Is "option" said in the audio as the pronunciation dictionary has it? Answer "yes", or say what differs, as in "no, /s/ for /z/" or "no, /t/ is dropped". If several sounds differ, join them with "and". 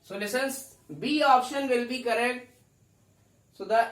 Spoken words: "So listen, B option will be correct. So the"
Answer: yes